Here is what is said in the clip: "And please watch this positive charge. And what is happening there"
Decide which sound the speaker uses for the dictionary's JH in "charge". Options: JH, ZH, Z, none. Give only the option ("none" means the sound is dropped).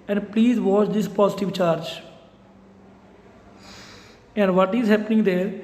JH